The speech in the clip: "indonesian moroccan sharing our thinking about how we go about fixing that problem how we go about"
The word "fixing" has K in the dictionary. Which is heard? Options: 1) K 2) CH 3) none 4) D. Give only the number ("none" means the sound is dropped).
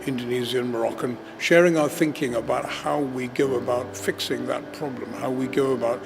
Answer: 1